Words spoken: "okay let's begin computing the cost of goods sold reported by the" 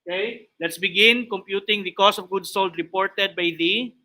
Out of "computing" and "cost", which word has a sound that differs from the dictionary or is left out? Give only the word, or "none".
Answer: cost